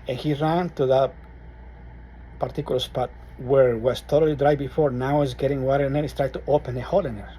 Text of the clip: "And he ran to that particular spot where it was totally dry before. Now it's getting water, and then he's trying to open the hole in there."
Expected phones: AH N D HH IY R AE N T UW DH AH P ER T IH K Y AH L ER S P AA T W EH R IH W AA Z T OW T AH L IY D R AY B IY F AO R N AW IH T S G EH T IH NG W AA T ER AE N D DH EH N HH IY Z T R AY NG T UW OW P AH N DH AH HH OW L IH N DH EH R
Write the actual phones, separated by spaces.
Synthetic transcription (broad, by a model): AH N HH IY R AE N T UW DH AH P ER T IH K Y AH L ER S P AA T W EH R W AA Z T OW T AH L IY D R AY B IY F AO R N AW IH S G EH T IH NG W AA T ER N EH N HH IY S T R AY T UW OW P AH N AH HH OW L IH N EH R